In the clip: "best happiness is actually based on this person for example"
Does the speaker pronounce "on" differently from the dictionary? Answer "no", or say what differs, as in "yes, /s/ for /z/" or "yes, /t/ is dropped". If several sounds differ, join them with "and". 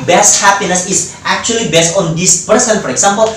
no